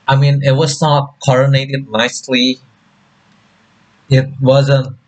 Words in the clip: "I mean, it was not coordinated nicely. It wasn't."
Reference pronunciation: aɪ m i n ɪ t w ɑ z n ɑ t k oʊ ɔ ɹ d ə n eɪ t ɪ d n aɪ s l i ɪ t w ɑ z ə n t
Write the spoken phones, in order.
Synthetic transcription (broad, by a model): aɪ m i n ɪ t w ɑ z n ɑ t k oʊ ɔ ɹ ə n eɪ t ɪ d n aɪ s l i ɪ t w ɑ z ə n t